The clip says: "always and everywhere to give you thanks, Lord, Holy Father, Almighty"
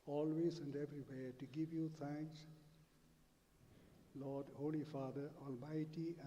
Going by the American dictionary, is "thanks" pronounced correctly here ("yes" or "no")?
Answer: no